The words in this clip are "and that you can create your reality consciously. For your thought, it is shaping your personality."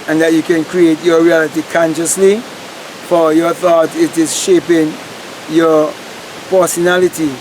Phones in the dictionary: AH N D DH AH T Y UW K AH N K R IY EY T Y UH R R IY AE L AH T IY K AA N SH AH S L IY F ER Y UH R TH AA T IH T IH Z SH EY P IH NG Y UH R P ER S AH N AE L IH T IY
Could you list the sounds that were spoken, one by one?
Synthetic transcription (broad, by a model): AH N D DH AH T Y UW K AH N K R IY EY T Y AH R R IY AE L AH T IY K AA N SH AH S L IY F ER Y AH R TH AA T IH T IH Z SH EY P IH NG Y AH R P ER S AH N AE L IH T IY